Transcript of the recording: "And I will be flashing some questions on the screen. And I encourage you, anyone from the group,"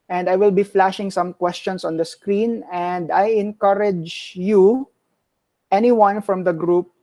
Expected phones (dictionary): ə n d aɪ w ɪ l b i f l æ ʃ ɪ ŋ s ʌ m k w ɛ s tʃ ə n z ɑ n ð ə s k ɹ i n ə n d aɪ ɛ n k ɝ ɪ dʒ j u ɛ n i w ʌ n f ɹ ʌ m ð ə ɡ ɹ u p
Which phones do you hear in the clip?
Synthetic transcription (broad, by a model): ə n d aɪ w ɪ l b i f l æ ʃ ɪ ŋ s ʌ m k w ɛ s tʃ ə n s ɑ n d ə s k ɹ i n ə n d aɪ ɛ n k ɝ ɪ dʒ j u ɛ n i w ʌ n f ɹ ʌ m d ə ɡ ɹ u p